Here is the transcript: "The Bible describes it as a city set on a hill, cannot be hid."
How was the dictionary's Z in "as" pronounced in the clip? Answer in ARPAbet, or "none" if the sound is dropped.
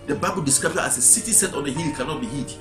S